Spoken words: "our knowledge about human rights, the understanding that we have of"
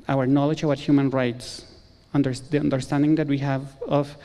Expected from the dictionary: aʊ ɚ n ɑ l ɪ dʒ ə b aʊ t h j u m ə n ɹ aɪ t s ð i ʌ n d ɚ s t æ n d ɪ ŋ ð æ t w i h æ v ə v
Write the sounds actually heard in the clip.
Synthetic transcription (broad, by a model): aʊ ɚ n ɑ l ɪ dʒ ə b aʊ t h j u m ə n ɹ aɪ t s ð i ʌ n d ɚ s t æ n d ɪ ŋ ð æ t w i h æ v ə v